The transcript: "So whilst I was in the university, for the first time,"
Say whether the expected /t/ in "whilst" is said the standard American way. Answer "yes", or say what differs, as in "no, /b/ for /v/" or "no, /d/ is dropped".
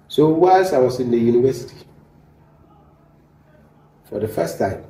no, /t/ is dropped